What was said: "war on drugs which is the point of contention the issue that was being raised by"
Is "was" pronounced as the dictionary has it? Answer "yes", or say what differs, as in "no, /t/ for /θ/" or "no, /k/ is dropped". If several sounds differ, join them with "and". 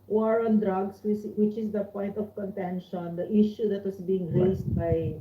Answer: no, /s/ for /z/